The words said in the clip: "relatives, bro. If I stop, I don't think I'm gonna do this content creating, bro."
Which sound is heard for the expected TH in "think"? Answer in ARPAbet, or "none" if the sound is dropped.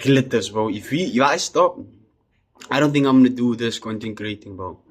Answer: TH